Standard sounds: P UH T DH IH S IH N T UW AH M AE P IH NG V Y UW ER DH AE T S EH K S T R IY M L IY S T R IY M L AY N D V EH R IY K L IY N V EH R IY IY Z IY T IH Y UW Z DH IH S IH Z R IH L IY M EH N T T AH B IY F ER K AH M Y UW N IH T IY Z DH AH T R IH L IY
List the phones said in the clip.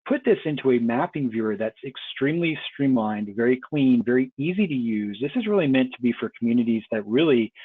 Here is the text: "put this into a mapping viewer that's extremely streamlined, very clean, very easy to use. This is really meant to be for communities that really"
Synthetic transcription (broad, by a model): P UH T DH IH S IH N T UW AH M AE P IH NG V Y UW ER DH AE T S EH K S T R IY M L IY S T R IY M L AY N D V EH R IY K L IY N V EH R IY IY Z IY T IH Y UW Z DH IH S IH Z R IH L IY M EH N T T AH B IY F ER K M Y UW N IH T IY Z DH AH T R IH L IY